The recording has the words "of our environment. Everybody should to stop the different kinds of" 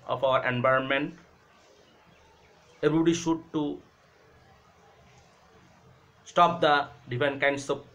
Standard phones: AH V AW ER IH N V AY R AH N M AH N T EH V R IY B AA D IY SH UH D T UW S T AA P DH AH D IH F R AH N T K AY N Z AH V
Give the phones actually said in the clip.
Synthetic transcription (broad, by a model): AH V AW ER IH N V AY R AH N M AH N T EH B R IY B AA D IY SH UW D T UW S T AA P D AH D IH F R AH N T K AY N S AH